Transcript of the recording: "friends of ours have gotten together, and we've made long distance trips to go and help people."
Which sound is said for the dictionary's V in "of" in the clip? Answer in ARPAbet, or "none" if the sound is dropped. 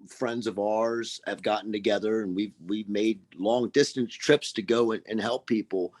V